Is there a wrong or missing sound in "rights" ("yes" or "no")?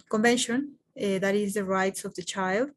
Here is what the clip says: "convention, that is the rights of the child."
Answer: no